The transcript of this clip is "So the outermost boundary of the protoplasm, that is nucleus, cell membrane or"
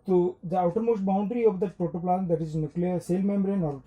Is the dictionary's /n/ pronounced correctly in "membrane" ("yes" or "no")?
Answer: yes